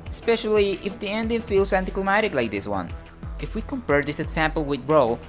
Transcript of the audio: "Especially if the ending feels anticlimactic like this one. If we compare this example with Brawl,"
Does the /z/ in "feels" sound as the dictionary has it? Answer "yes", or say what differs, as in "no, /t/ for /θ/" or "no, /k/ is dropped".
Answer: no, /s/ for /z/